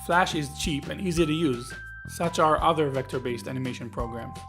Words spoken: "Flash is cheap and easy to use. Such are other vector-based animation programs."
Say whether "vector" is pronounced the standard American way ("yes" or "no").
yes